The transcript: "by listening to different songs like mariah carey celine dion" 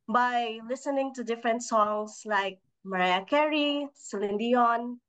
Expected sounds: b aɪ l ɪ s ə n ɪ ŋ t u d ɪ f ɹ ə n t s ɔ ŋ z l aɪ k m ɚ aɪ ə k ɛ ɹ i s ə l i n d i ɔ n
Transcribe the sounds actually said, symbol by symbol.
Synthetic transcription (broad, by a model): b aɪ l ɪ s ə n ɪ ŋ t u d ɪ f ɹ ə n t s ɔ ŋ s l aɪ k m ɚ aɪ ə k ɛ ɹ i s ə l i n d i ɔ n